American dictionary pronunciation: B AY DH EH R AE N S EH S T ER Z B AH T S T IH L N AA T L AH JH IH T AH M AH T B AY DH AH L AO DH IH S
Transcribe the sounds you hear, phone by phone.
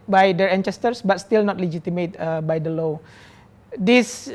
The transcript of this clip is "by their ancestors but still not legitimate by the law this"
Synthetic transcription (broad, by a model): B AY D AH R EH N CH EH S T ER S B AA T S T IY L N AA T L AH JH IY T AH M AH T B AY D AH L AO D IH S